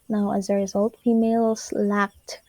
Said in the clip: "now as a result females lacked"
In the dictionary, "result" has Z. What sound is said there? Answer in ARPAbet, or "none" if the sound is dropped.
Z